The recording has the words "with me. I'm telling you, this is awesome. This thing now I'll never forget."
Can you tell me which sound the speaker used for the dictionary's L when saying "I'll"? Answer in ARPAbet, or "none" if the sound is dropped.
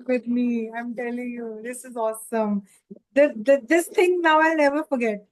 L